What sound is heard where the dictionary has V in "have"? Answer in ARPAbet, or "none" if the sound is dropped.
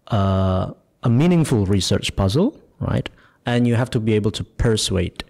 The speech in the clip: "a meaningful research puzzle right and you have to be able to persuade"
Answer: F